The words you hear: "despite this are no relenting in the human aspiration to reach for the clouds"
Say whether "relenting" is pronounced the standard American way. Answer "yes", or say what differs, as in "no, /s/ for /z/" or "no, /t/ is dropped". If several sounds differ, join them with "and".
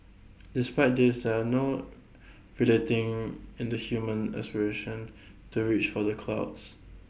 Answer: no, /n/ is dropped